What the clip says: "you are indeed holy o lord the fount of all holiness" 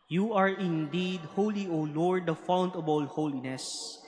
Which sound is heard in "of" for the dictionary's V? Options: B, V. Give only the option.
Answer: B